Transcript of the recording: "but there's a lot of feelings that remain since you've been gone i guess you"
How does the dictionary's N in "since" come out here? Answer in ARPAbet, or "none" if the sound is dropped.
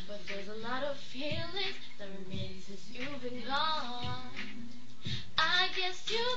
none